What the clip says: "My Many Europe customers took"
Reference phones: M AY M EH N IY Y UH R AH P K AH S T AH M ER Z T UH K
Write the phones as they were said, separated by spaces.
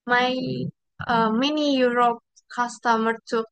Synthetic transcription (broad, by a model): M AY M EH N IY Y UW R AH P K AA S T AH M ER T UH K